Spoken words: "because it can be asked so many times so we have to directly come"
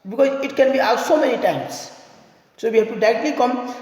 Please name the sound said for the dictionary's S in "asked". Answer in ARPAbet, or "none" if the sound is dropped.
none